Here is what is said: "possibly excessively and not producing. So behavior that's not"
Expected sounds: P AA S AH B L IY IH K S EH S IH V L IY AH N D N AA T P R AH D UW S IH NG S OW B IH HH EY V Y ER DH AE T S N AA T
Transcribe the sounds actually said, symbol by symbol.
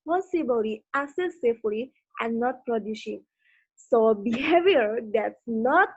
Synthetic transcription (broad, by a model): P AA S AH B L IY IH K S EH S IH F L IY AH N N AA T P R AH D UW SH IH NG S OW B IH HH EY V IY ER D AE T S N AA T